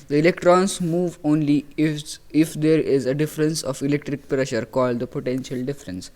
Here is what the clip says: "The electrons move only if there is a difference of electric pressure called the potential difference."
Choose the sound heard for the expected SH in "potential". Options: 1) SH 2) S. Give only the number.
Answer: 1